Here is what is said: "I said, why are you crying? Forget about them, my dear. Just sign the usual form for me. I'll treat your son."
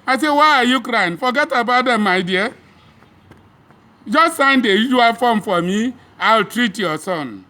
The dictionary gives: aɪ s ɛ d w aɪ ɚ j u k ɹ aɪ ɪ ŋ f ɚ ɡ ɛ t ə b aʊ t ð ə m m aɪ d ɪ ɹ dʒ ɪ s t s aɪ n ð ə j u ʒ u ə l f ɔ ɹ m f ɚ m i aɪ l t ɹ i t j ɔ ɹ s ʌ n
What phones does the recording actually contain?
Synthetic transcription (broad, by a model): aɪ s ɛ w aɪ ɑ j u k ɹ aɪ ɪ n f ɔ ɡ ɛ t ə b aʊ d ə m m aɪ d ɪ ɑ dʒ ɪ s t s aɪ n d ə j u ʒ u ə l f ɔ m f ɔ m i aɪ l t ɹ i t j ɔ s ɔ n